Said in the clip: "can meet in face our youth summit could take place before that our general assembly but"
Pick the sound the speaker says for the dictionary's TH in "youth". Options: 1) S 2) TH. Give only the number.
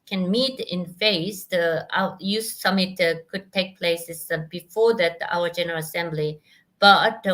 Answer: 1